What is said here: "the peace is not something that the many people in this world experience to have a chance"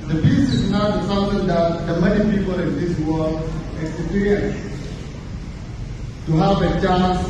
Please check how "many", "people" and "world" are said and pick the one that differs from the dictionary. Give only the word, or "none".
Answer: world